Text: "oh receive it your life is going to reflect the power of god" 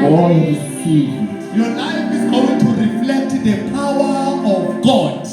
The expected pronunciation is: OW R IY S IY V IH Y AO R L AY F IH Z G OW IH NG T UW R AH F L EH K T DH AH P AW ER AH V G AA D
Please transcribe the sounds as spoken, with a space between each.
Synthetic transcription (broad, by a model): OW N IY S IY IH Y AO L AY F IH Z G OW IH NG T UW R AH F L EH K T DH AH P AW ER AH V G AA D